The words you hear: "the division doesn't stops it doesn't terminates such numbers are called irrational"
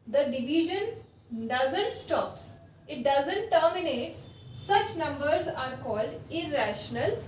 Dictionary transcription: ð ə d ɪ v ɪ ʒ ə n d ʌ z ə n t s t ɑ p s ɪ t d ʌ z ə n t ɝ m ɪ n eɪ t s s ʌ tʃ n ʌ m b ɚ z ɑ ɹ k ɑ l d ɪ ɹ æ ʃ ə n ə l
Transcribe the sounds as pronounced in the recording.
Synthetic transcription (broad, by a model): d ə d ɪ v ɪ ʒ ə n d ʌ z ə n t s t ɑ p s ɪ t d ʌ z ə n t ɝ m ɪ n eɪ t s s ʌ tʃ n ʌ m b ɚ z ɑ ɹ k ɑ l d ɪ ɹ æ ʃ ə n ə l